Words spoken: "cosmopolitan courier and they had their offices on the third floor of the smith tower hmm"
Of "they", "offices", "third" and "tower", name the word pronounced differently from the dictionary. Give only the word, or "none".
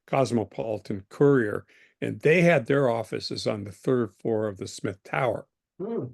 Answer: none